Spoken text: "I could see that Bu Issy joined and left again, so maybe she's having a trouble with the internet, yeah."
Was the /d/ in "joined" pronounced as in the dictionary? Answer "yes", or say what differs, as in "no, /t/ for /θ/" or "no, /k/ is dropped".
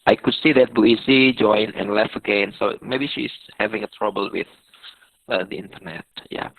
no, /d/ is dropped